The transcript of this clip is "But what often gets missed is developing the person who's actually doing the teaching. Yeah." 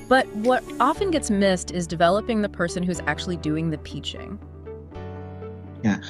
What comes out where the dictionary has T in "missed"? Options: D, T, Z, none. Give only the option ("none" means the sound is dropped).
T